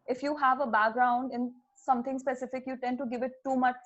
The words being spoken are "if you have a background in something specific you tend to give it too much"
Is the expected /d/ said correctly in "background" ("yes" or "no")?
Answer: yes